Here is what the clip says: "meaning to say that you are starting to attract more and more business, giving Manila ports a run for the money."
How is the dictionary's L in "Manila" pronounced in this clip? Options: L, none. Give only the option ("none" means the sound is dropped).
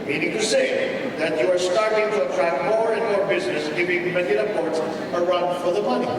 none